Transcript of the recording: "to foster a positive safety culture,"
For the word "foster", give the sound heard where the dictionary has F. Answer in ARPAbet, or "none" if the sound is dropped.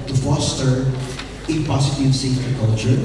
F